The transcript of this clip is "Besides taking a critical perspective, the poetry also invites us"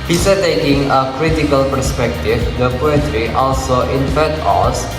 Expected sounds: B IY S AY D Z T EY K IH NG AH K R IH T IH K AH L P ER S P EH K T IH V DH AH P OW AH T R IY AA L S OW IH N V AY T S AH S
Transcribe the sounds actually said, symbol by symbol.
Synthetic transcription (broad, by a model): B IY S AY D T EY K IH NG AH K R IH T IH K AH L P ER S P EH K T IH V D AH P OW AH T R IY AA L S OW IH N F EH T AO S